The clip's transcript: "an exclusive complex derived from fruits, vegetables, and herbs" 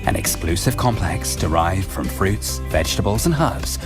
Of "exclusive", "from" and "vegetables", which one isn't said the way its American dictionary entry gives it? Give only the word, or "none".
none